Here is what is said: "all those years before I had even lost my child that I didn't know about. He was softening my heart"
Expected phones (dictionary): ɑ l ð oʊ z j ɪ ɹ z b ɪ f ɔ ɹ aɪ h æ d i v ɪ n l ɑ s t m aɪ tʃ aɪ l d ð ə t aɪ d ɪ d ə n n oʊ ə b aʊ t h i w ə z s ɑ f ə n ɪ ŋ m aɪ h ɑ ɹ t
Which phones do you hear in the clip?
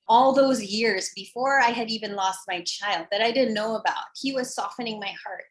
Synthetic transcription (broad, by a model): ɑ l ð oʊ z j ɪ ɹ z b ɪ f ɔ ɹ aɪ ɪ d i v ɪ n l ɑ s t m aɪ tʃ aɪ l d ð ə t aɪ d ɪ d n n oʊ ə b aʊ t h i w ə z s ɑ f ə n ɪ ŋ m aɪ h ɑ ɹ t